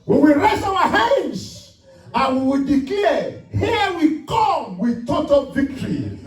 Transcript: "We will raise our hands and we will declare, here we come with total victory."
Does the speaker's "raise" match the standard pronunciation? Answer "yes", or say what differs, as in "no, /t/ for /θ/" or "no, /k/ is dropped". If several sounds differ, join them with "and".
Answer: no, /s/ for /z/